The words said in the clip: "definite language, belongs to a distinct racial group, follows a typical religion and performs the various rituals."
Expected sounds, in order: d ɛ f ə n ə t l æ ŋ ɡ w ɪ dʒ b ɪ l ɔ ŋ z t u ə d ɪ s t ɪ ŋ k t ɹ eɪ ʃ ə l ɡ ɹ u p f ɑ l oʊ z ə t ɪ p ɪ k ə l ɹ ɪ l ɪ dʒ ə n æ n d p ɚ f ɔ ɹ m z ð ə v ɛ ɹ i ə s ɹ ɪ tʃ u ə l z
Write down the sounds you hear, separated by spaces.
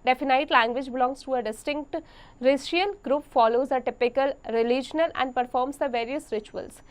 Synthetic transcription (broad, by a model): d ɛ f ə n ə t l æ ŋ ɡ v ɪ dʒ b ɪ l ɔ ŋ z t u ə d ɪ s t ɪ ŋ k t ɹ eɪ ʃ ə l ɡ ɹ u p f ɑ l oʊ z ə t ɪ p ɪ k ə l ɹ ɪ l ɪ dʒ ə n æ n d p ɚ f ɔ ɹ m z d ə v ɛ ɹ i ə s ɹ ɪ tʃ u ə l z